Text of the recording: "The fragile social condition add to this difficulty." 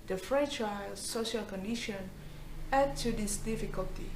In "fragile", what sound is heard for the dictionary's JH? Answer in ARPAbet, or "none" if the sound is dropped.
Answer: CH